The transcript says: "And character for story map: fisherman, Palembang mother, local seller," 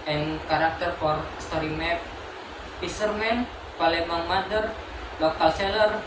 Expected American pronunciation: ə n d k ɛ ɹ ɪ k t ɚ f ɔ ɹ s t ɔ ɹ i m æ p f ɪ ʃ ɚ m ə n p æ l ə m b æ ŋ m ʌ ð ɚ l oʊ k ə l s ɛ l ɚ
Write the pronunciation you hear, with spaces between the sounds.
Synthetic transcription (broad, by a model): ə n k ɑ ɹ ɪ k t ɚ f ɔ ɹ s t ɔ ɹ i m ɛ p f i s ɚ m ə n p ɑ l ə m æ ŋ m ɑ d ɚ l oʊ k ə l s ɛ l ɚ